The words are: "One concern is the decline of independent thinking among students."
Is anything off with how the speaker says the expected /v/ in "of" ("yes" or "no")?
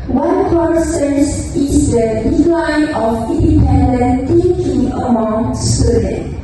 yes